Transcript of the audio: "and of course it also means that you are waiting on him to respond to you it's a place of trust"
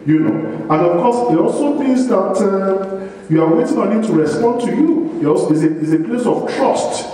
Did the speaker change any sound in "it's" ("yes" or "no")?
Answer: yes